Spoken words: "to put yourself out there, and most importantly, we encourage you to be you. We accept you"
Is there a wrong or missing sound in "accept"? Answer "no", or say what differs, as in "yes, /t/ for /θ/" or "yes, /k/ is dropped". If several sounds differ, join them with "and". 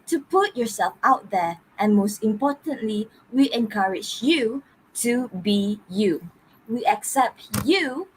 no